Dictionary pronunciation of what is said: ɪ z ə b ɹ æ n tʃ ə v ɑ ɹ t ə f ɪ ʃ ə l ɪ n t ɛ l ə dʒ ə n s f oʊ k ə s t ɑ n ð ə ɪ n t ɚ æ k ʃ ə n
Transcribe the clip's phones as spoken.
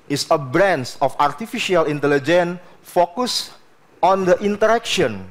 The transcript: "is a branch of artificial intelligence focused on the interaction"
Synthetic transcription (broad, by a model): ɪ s ə b ɹ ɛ n s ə f ɑ ɹ t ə f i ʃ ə l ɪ n t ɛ l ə dʒ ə n f oʊ k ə s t ɑ n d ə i n t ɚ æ k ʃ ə n